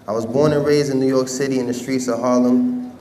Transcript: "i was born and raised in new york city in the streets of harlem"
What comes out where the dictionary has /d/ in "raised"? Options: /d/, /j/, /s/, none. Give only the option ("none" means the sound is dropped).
none